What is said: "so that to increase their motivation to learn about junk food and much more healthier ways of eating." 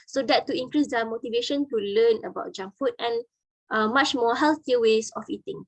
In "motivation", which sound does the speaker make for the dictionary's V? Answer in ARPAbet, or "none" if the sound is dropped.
V